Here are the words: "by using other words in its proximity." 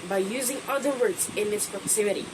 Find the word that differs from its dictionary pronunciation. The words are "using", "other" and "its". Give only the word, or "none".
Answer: none